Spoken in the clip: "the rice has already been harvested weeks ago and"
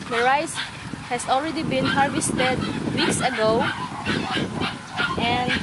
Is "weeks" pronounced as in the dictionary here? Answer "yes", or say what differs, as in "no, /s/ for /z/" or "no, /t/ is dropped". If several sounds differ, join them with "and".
yes